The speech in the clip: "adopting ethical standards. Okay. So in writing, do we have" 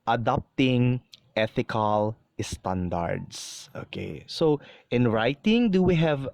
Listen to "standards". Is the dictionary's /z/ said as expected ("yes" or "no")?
no